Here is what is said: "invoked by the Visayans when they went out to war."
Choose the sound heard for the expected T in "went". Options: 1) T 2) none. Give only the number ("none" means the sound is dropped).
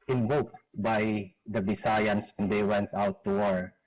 1